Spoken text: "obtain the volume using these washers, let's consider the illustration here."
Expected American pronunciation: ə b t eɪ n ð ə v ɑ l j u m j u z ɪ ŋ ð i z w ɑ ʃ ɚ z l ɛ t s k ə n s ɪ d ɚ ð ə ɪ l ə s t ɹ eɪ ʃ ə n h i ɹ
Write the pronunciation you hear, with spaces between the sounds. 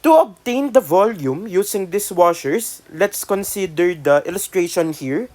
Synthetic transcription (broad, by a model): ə b t eɪ n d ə v ɑ l j u m j u s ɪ ŋ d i s w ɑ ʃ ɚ s l ɛ t s k ə n s ɪ d ɚ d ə ɪ l ə s t ɹ eɪ ʃ ə n h i ɹ